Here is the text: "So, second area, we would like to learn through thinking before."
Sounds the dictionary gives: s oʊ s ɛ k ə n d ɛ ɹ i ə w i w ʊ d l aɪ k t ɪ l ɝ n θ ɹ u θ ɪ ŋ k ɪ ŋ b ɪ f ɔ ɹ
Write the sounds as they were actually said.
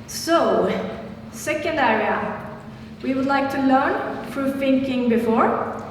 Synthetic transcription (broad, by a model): s oʊ s ɛ k ə n d ɛ ɹ i ə w i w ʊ d l aɪ k t ɪ l ɝ n f ɹ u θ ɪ ŋ k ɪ ŋ b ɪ f ɔ ɹ